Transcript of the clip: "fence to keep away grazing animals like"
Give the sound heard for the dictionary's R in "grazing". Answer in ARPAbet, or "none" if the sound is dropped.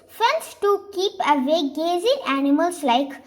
none